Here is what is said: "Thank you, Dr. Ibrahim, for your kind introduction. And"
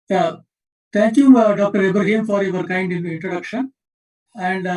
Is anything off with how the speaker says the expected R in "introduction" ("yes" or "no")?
no